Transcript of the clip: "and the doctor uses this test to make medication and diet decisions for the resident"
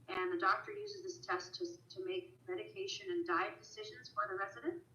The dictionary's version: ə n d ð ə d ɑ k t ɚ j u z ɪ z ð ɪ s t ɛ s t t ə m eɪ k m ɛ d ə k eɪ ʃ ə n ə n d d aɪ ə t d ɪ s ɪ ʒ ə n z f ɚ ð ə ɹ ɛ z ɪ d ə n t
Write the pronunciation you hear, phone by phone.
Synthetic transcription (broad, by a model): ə n ð ə d ɑ k t ɚ j u z ɪ z ð ɪ s t ɛ s t t ə m eɪ k m ɛ d ə k eɪ ʃ ə n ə n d d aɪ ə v d ɪ s ɪ ʒ ə n z f ɚ ð ə ɹ ɛ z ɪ d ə n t